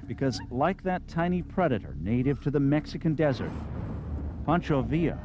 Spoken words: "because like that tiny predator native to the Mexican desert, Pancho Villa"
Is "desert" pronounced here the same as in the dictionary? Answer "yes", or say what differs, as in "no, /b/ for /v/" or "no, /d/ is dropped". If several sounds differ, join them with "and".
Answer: yes